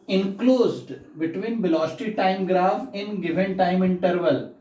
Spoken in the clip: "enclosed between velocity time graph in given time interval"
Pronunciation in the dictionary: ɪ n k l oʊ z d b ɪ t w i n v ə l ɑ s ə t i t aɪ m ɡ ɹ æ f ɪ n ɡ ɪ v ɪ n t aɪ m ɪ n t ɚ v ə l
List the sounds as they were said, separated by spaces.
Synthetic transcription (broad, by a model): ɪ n k l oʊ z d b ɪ t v i n b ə l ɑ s t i t aɪ m ɡ ɹ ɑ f ɪ n ɡ ɪ v ɪ n t aɪ m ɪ n t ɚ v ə l